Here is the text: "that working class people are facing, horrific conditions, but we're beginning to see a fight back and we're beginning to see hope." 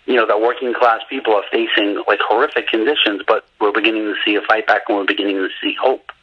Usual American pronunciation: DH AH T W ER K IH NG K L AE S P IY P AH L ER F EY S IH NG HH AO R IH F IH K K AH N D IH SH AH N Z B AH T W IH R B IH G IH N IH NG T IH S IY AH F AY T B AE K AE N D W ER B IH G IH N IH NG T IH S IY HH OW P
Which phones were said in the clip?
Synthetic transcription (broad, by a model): DH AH T W ER K IH NG K L AE S P IY P L ER F EY S IH NG HH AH R IH F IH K K AH N D IH SH AH N Z B AH T W IH R B IH G IH N IH NG T IH S IY AH F AY T B AE K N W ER B IH G IH N IH NG T IH S IY HH OW P